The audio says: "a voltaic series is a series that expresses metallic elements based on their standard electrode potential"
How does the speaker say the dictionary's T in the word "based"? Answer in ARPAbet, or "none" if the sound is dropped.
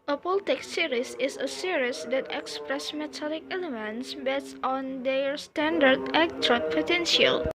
none